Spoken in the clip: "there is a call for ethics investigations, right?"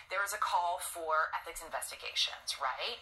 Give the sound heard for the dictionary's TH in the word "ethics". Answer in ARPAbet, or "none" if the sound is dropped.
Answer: TH